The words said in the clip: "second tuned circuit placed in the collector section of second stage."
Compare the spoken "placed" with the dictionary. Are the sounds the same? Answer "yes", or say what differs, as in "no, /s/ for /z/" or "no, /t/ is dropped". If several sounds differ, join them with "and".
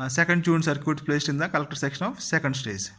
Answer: yes